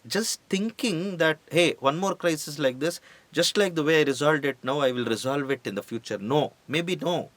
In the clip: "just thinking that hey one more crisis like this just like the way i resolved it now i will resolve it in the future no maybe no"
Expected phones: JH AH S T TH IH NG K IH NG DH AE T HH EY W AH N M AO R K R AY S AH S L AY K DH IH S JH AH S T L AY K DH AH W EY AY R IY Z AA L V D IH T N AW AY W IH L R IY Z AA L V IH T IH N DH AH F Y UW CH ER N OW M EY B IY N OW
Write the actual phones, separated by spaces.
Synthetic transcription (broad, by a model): JH AH S T T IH NG K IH NG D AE T HH EY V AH N M AO R K R AY S AH S L AY K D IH S JH AH S T L AY K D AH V EY AY R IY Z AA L D IH T N AW AY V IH L R IY Z AA L V IH T IH N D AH F Y UW CH ER N OW M EY B IY N OW